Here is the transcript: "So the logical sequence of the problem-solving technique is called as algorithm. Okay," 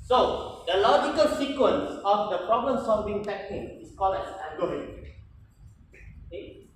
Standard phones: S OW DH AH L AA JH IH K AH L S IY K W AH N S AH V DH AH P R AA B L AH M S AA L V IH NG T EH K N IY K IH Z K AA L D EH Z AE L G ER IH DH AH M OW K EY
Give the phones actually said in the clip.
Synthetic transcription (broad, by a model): S OW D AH L AA JH IH K AH L S IY K W AH N S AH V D AH P R AA B L AH M S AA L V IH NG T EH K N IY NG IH S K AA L EH S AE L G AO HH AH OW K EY